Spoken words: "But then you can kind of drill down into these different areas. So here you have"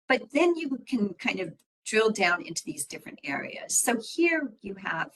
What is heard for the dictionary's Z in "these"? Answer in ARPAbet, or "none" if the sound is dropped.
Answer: Z